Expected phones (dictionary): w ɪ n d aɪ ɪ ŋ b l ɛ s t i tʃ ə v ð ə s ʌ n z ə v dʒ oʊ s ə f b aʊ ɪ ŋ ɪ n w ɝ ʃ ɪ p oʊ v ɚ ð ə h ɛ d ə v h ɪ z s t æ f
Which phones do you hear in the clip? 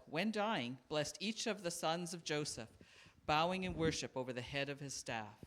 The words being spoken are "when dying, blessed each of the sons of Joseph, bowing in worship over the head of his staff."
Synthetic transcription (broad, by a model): w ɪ n d aɪ ɪ ŋ b l ɛ s t i tʃ ə v ð ə s ʌ n z ə v dʒ oʊ s ə f b aʊ ɪ ŋ ɪ n w ɝ ʃ ɪ p oʊ v ɚ ð ə h ɛ d ə v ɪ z s t æ f